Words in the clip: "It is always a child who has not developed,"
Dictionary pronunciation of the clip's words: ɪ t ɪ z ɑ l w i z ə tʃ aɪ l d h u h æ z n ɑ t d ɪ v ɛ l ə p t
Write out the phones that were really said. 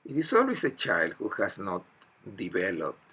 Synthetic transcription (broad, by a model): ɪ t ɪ s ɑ l w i s ə tʃ aɪ l d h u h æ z n ɑ t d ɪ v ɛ l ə p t